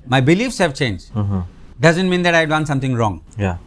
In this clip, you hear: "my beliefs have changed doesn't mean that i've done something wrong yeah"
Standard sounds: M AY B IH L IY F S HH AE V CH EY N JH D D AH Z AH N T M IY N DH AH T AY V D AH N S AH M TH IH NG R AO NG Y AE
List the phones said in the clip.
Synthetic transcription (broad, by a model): M AY B IH L IY F S HH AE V CH EY N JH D D AH Z AH N T M IY N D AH T AY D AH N S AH M T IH NG R AO NG Y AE